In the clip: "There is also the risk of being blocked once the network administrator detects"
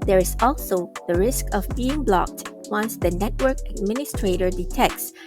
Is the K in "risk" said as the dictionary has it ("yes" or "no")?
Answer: yes